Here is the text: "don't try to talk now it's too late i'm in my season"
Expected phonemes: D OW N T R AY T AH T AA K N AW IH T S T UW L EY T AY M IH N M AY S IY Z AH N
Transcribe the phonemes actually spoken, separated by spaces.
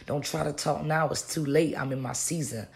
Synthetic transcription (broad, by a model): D OW N T R AY T AH T AA K N AW IH T S T UW L EY T AY M IH N M AY S IY Z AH N